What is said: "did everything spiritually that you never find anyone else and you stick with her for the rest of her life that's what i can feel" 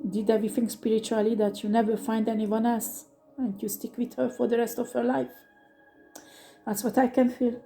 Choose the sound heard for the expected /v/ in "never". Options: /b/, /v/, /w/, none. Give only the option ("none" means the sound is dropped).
/v/